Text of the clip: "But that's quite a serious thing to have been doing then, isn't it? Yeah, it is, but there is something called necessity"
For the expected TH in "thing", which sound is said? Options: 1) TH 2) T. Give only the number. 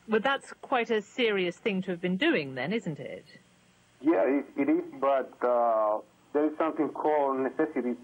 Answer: 1